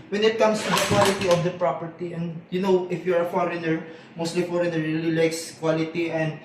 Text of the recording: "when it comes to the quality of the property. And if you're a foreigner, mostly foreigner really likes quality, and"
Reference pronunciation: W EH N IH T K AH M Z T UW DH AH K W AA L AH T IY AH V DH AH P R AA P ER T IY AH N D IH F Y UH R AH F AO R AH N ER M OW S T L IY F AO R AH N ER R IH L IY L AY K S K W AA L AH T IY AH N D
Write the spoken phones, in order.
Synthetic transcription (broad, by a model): W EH N IH T K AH M S T UW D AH K W AA L AH T IY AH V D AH P R AA P ER T IY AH N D IH F Y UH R AH F AO R AH N ER M OW S T L IY F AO R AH N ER R IH L IY L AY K S K W AA L AH T IY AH N D